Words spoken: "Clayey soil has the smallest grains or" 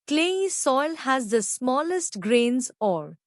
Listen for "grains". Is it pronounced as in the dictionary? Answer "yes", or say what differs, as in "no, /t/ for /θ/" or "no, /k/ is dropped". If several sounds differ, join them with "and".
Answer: yes